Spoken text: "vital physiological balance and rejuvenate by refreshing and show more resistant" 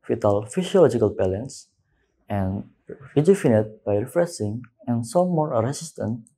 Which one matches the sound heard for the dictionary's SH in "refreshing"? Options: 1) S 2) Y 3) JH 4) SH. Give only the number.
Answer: 1